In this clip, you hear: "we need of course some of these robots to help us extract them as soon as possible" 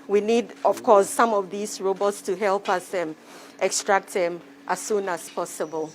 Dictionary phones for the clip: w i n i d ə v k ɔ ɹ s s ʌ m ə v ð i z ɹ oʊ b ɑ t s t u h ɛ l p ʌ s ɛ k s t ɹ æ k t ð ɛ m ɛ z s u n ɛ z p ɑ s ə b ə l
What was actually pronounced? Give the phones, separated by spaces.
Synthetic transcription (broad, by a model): w i n i d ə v k ɔ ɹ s s ʌ m ə v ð i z ɹ oʊ b ɑ t s t u h ɛ l p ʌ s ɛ k s t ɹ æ k t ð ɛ m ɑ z s u n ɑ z p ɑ s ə b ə l